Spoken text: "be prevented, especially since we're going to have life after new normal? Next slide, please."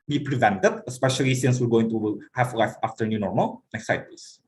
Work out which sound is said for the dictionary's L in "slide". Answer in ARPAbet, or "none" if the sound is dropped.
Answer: none